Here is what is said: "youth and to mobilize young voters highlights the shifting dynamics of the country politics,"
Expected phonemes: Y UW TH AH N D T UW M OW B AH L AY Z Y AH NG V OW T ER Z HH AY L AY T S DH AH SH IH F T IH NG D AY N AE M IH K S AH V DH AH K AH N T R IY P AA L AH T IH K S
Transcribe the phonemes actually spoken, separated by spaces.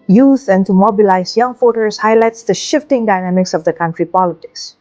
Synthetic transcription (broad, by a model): Y UW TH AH N T UW M OW B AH L AY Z Y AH NG F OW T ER S HH AY L AY T S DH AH SH IH F T IH NG D AY N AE M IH K S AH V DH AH K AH N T R IY P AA L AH T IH K S